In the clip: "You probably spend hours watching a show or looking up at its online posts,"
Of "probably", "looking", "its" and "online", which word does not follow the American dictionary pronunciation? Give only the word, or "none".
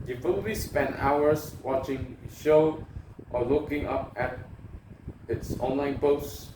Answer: probably